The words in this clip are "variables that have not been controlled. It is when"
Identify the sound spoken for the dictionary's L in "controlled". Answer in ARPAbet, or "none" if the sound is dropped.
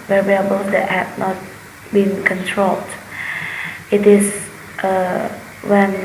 L